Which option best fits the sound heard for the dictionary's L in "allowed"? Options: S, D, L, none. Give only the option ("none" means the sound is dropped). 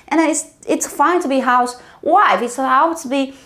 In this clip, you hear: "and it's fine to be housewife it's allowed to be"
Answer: none